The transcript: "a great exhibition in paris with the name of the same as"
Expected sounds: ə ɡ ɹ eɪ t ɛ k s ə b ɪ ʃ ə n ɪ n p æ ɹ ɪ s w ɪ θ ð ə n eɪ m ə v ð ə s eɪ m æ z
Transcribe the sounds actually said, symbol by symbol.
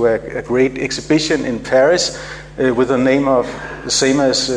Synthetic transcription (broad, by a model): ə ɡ ɹ eɪ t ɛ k s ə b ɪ ʃ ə n ɪ n p æ ɹ ɪ s w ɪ ð ə n eɪ m ə v ð ə s eɪ m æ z